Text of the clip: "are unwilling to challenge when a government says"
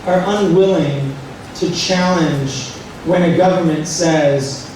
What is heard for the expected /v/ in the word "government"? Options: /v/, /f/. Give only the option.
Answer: /v/